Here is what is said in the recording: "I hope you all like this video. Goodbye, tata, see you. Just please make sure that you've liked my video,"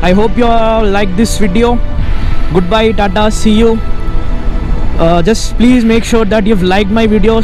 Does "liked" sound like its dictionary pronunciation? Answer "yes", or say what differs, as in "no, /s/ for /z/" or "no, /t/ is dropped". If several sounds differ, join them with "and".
yes